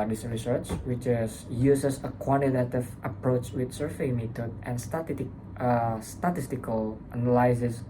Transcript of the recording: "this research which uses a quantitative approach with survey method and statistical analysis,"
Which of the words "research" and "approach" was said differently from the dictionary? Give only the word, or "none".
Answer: none